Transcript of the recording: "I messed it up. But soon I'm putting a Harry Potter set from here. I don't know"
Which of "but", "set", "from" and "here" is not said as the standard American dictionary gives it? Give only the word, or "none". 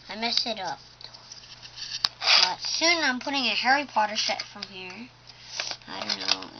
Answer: set